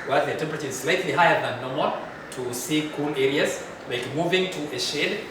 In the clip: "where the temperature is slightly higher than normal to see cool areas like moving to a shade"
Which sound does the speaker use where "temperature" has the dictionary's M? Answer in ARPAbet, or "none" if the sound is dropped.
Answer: M